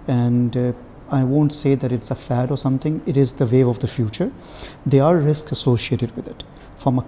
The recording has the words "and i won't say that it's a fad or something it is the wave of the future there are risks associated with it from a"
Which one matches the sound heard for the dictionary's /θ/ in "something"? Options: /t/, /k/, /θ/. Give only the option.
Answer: /t/